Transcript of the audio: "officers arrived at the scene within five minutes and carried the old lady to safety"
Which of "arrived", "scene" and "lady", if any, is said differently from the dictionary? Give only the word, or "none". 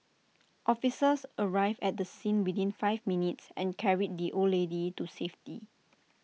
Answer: arrived